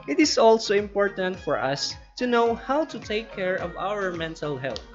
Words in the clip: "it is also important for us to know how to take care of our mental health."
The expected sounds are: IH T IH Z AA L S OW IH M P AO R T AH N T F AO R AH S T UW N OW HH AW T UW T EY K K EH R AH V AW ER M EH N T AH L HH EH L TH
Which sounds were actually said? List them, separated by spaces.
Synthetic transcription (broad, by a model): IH T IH S AA L S OW IH M P AO R T AH N T F AO R AH S T UW N OW HH AW T UW T EY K K EH R AH V AW ER M EH N T AH L HH EH L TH